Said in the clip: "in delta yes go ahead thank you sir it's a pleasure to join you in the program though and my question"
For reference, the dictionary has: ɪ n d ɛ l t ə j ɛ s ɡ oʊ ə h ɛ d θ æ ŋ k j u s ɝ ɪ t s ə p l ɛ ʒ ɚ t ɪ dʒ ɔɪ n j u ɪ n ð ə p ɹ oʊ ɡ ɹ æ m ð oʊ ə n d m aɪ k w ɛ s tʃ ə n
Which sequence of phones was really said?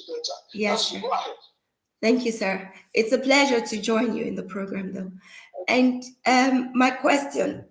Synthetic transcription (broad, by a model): j ɛ s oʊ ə θ æ ŋ k j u s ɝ ɪ t s ə p l ɛ ʒ ɚ t ɪ dʒ ɔɪ n j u ɪ n ð ə p ɹ oʊ ɡ ɹ æ m ð oʊ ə n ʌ m aɪ k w ɛ s tʃ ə n